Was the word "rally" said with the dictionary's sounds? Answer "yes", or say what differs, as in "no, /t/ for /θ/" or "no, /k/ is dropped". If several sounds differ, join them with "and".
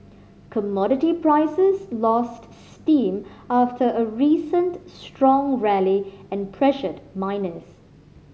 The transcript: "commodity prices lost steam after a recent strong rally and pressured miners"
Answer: yes